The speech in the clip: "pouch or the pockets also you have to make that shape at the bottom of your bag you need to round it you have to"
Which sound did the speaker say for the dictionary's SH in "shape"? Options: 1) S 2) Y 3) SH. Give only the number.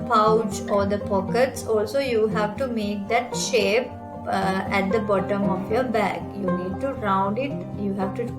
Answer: 3